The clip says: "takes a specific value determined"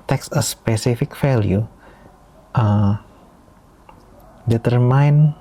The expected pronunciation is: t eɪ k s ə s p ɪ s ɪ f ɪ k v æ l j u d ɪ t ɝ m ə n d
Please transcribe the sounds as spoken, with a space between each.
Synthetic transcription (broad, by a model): t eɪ k s ə s p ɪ s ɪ f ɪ k f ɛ l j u d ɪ t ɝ m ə n